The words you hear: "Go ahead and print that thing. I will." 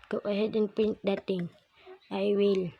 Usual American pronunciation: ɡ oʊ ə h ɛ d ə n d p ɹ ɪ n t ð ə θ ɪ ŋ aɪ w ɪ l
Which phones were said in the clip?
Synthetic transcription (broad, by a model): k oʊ ə h ɛ d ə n p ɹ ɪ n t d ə t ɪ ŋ aɪ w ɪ l